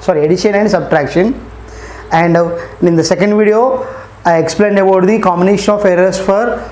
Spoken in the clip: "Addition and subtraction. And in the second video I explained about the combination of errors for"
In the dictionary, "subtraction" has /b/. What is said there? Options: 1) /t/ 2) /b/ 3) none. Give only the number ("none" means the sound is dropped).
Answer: 2